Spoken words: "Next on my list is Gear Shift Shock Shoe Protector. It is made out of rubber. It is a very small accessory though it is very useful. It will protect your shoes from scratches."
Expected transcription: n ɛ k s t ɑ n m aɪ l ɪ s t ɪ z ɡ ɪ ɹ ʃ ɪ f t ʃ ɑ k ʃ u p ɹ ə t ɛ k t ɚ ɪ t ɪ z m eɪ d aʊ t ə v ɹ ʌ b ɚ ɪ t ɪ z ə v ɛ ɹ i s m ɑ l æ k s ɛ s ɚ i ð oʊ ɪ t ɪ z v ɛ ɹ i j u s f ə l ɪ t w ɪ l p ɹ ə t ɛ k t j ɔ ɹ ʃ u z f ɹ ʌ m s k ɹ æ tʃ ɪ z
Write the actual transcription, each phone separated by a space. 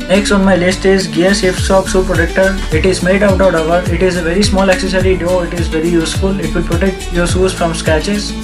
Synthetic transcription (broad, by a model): n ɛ k s t ɑ n m aɪ l ɪ s t ɪ z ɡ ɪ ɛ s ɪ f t s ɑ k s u p ɹ ə t ɛ k t ɚ ɪ t ɪ z m eɪ d aʊ t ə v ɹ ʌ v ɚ ɪ t ɪ z ə v ɛ ɹ i s m ɑ l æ k s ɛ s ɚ i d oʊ ɪ t ɪ z v ɛ ɹ i j u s f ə l ɪ t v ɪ l p ɹ ə t ɛ k t j ɔ ɹ s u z f ɹ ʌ m s k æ tʃ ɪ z